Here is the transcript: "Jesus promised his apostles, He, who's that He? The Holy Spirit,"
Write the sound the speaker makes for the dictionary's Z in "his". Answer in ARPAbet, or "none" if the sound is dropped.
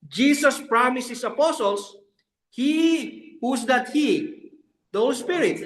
S